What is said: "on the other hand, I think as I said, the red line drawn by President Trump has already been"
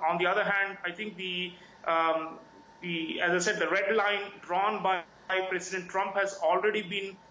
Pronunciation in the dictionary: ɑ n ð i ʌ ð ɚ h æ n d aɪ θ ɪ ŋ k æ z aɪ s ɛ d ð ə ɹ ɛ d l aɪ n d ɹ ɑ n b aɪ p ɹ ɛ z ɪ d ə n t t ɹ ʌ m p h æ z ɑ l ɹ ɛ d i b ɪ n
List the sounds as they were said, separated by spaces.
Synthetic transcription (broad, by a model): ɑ n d i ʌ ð ɚ h æ n d aɪ t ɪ ŋ k æ z aɪ s ɛ d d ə ɹ ɛ d l aɪ n d ɹ ɑ n b aɪ p ɹ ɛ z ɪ d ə n t t ɹ ʌ m p h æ z ɑ l ɹ ɛ d i b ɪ n